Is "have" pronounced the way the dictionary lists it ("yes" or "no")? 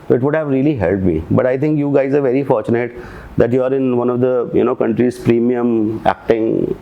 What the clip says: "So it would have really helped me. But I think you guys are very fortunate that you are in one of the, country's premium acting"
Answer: yes